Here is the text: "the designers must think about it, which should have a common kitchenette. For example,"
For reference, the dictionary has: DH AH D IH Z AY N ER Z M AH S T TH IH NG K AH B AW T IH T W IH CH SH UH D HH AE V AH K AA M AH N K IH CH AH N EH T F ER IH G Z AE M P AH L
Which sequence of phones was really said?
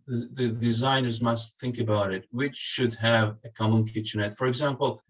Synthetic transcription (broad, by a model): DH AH D IH Z AY N ER Z M AH S T TH IH NG K AH B AW T IH T W IH CH SH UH D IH V AH K AA M AH N K IH CH AH N EH T F ER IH G Z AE M P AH L